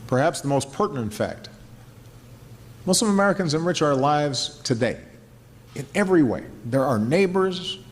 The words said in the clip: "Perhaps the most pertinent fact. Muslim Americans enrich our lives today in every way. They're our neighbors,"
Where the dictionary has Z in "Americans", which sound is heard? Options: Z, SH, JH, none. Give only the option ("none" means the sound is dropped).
Z